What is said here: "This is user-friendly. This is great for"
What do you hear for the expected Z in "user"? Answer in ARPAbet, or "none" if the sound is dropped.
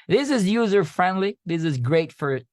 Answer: Z